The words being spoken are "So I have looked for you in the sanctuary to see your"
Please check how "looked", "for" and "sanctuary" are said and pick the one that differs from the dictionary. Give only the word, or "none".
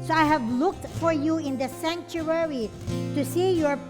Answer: none